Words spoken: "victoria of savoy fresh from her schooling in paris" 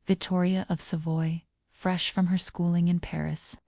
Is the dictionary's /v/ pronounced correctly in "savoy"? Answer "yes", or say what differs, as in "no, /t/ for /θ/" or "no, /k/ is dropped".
yes